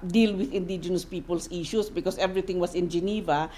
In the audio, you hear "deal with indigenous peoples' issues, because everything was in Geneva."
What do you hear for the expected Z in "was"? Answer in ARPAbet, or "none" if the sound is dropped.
S